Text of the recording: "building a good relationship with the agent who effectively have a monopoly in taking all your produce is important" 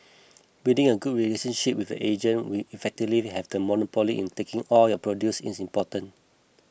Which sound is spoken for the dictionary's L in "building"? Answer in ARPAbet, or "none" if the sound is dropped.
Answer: none